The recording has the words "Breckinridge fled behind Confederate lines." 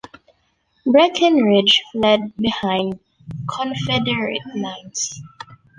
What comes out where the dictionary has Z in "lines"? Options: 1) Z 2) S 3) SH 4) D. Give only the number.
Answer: 2